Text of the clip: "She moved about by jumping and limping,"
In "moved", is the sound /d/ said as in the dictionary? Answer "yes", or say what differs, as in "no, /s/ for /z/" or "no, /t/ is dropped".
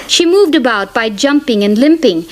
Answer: yes